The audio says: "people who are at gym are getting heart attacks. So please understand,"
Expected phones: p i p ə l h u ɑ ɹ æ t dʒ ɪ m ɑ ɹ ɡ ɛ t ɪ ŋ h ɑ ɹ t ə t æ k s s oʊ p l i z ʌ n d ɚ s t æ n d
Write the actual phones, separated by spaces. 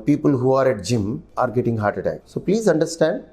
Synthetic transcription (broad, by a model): p i p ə l h u ɑ ɹ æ t dʒ ɪ m ɑ ɹ ɡ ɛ t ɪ ŋ h ɑ ɹ t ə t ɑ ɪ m s oʊ p l i z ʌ n d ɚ s t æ n d